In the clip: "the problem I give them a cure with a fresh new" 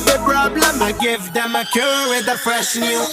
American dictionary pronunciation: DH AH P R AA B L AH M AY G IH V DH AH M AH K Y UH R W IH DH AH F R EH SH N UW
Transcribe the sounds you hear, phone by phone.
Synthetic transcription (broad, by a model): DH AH P R AA B L AH M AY G IH V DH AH M AH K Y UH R W IH DH AH P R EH S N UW